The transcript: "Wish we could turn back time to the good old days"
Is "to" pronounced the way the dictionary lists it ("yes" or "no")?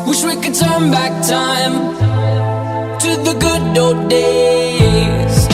yes